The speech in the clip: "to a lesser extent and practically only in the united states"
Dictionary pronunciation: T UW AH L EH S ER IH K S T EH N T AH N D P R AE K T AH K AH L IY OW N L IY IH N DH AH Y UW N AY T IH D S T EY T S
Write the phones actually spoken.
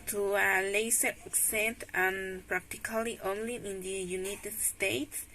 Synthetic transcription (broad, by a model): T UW AH L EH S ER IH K S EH N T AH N P R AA K T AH K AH L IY OW N L IY IH N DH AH Y UW N AY T IH D S T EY T S